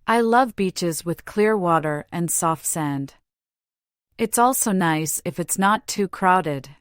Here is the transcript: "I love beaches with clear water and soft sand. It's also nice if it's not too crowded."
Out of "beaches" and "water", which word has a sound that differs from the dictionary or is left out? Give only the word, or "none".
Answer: none